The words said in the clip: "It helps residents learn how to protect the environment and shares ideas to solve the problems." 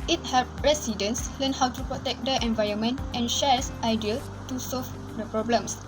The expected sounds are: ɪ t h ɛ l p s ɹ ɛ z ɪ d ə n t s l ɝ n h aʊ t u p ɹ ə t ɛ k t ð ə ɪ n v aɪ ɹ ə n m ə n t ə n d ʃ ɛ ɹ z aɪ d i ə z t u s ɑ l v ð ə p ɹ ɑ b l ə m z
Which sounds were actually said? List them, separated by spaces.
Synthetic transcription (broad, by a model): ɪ t h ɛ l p ɹ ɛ s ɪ d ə n s l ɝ n h aʊ t u p ɹ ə t ɛ k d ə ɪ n v aɪ ɹ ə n m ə n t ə n ʃ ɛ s aɪ d i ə t u s ɑ l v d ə p ɹ ɑ b l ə m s